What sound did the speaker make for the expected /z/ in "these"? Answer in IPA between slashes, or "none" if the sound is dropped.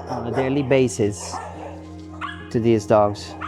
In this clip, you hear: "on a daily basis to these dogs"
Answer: /z/